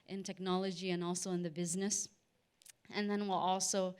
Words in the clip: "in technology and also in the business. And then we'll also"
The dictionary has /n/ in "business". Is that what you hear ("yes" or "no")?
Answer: yes